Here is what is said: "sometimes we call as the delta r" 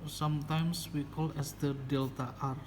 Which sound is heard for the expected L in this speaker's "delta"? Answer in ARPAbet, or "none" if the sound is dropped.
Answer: L